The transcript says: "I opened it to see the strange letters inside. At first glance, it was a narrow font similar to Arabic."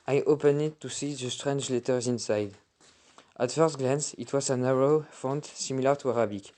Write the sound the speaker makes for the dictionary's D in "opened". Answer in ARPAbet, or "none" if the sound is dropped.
none